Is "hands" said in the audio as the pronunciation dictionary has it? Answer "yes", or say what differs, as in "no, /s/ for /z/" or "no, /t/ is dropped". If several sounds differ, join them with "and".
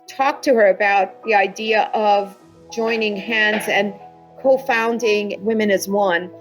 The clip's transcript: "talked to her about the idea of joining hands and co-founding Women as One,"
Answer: yes